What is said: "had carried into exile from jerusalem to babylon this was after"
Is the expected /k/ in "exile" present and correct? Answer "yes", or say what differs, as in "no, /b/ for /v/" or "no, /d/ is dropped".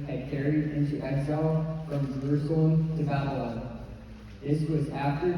no, /k/ is dropped